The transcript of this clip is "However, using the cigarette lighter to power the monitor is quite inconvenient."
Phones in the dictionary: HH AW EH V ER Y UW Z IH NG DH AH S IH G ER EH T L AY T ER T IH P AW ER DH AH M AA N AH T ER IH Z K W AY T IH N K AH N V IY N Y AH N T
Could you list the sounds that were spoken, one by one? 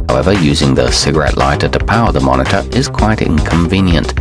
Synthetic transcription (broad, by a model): HH AW EH V ER Y UW Z IH NG DH AH S IH G ER EH T L AY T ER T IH P AW ER DH AH M AA N AH T ER IH Z K W AY T IH N K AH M V IY N Y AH N T